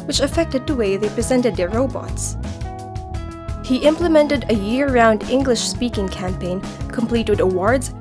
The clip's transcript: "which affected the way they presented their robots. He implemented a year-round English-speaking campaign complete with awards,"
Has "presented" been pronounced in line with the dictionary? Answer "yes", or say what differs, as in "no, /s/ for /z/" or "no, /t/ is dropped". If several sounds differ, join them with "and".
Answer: yes